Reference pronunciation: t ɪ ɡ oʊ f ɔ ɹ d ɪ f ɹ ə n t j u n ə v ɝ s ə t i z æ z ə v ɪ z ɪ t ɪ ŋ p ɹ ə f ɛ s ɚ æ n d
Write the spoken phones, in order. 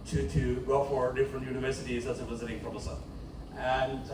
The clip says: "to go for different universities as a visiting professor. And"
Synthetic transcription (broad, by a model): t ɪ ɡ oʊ f ɔ ɹ d ɪ f ɹ ə n t j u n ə v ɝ s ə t i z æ s ə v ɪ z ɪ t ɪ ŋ f ɹ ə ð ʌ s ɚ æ n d